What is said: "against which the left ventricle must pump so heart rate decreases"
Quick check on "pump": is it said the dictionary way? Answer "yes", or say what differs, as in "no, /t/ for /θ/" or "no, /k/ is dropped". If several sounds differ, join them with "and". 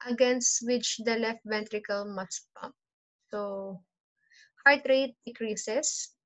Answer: no, /m/ is dropped